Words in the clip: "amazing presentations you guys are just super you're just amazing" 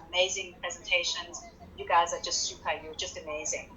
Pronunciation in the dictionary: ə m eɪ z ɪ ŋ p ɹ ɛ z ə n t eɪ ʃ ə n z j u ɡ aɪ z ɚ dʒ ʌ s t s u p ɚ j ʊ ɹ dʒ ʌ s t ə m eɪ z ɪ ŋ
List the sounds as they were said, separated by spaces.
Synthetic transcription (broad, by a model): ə m eɪ z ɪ ŋ p ɹ ɛ z ə n t eɪ ʃ ə n z j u ɡ aɪ z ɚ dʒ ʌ s t s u p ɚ j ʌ dʒ ʌ s t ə m eɪ z ɪ ŋ